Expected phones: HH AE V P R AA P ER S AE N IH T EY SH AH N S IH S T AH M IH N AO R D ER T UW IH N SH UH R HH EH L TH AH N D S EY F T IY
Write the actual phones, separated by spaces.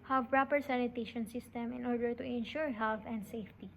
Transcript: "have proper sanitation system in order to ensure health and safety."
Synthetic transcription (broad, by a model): HH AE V P R AA P ER S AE N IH T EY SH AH N S IH S T AH M IH N AO R D ER T UW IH N SH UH R HH EH L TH AH N D S EY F T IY